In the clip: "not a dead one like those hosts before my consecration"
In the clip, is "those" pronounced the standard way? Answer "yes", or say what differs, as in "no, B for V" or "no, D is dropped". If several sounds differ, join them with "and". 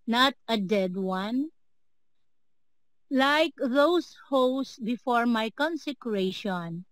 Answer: no, S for Z